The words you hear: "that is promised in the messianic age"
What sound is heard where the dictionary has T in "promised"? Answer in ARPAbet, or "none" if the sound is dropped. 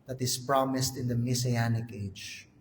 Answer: T